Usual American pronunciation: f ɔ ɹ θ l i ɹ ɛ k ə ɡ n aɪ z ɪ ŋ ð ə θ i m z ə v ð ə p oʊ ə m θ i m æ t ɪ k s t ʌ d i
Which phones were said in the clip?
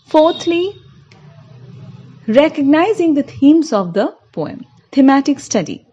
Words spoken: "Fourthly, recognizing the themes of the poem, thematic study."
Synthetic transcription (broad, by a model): f ɔ ɹ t l i ɹ ɛ k ə ɡ n aɪ z ɪ ŋ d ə t i m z ə v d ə p oʊ ə m t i m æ t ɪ k s t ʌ d i